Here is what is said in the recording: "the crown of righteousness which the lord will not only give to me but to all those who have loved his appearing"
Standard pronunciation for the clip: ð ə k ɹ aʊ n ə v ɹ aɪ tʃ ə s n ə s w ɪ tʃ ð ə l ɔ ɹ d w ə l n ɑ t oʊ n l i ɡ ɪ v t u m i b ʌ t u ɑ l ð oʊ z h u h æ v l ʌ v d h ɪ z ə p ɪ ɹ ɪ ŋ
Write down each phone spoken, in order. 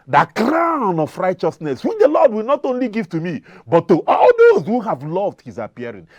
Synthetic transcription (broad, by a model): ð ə k ɹ aʊ n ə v ɹ aɪ tʃ ə s n ə s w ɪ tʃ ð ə l ɔ d w ə l n ɑ t oʊ n l i ɡ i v t u m i b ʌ t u ɑ l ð oʊ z h u h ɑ v l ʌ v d h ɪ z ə p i ɹ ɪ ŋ